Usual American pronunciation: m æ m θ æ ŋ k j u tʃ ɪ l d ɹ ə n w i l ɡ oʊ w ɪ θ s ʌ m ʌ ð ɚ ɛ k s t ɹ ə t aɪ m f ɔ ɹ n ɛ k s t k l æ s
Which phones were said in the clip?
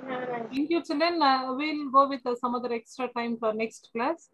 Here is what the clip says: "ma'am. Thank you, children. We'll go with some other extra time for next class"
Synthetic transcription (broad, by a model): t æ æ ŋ k j u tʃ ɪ l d ə n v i l ɡ oʊ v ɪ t s ʌ m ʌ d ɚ ɛ k s t ɹ ə t aɪ m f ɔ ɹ n ɛ k s t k l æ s